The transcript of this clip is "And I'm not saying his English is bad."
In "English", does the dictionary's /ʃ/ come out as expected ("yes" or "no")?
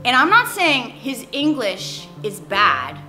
yes